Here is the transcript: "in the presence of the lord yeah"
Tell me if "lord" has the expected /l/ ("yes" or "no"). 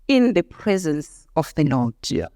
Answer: no